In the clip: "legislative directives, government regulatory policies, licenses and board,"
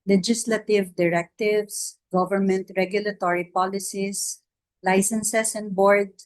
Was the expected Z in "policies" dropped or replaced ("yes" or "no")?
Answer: yes